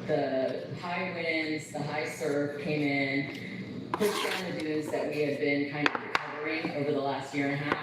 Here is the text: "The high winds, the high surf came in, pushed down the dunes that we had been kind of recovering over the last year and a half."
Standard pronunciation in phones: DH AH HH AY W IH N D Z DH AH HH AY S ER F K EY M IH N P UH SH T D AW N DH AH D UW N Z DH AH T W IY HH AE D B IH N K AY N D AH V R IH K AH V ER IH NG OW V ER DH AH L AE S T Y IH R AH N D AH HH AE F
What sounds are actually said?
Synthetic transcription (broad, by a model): DH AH HH AY W IH N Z DH AH HH AY S ER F K EY M IH N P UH T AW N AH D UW Z DH AH T W IY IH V B IH N K AY N D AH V R IH K AH V ER IH NG OW V ER DH AH L AE S T Y IH R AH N HH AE